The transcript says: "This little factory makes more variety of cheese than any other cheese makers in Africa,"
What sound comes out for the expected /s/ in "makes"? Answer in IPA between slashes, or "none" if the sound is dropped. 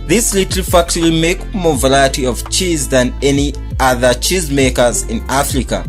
none